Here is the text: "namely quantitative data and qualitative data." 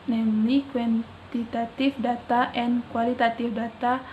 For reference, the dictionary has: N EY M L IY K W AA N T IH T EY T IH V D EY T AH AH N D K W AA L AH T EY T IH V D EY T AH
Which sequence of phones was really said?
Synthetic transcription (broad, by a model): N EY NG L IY K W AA N T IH T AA T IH F D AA T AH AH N K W AA L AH T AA T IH F D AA T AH